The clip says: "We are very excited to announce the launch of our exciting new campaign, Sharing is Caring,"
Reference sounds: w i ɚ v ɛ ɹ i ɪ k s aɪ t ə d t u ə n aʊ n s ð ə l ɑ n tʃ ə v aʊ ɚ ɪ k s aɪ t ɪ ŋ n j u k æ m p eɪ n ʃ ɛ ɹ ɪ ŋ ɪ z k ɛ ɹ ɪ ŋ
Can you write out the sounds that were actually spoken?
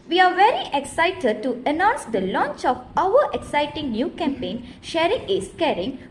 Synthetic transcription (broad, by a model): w i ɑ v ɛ ɹ i ɪ k s aɪ t ə d t u ə n aʊ n s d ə l ɑ n tʃ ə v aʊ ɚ ɪ k s aɪ t ɪ ŋ n j u k æ m p eɪ n ʃ ɛ ɹ ɪ ŋ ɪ s k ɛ ɹ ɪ ŋ